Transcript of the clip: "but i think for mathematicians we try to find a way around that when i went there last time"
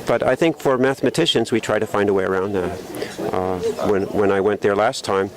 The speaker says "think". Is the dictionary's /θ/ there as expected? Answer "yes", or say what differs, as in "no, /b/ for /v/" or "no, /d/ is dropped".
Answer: yes